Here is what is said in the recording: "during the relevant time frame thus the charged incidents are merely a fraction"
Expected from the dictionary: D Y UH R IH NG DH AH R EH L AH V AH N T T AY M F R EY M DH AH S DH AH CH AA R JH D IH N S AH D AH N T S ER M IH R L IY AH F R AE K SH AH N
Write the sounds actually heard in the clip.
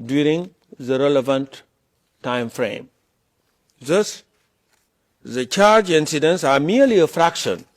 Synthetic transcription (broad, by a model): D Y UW R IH NG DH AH R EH L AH V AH N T T AY M F R EY M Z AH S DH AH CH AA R JH IH N S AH D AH N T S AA M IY L IY AH F R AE K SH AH N